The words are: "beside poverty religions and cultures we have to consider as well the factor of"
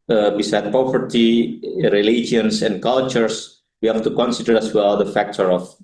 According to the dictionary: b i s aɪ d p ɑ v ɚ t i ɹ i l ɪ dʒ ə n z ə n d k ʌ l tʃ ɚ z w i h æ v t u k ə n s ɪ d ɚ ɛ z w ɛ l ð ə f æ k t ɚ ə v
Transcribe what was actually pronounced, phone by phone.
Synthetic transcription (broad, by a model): b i s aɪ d p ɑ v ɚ t i ɹ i l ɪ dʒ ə n s ə n d k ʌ l tʃ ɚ s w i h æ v t u k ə n s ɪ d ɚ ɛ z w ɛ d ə f æ k t ɚ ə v